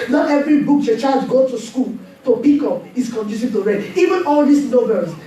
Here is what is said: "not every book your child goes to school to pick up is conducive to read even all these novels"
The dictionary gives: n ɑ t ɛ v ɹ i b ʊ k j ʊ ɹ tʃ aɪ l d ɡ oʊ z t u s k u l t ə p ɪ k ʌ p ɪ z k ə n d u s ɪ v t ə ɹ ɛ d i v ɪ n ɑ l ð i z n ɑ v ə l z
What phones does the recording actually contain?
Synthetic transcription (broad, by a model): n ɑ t ɛ v ɹ i b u k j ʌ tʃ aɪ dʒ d ɡ oʊ t u s k u l t ə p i k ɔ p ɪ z k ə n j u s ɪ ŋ t ə ɹ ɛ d i v ɪ n ɑ l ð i s n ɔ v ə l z